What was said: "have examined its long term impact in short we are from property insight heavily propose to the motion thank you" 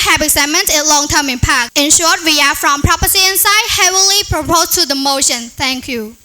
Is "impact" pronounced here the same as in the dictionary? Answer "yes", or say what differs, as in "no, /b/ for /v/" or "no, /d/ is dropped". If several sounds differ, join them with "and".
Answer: no, /t/ is dropped